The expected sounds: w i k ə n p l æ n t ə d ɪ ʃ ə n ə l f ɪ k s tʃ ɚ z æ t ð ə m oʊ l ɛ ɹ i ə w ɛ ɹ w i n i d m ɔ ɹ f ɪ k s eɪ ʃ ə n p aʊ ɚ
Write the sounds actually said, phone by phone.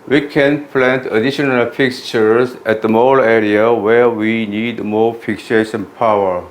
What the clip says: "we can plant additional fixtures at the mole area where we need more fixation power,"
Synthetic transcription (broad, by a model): w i k ə n p l æ n t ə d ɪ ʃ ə n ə l f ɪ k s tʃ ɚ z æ t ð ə m oʊ l ɛ ɹ i ə w ɛ ɹ w i n i d m ɔ ɹ f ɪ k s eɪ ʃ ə n p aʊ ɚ